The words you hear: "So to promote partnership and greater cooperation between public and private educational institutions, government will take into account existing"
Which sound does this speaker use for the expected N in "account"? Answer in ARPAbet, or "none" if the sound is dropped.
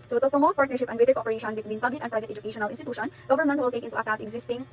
none